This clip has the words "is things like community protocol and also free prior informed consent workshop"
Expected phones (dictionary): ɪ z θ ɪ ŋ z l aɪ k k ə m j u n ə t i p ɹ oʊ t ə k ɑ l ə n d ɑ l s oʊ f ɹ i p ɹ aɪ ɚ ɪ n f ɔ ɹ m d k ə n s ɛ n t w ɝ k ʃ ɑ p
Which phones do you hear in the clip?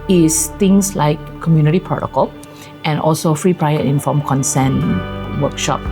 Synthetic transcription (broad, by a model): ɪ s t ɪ ŋ s l aɪ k k ə m j u n ə t i p oʊ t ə k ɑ l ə n ɑ l s oʊ f ɹ i p ɹ aɪ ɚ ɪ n f ɔ m k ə n s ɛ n w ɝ k ʃ ɑ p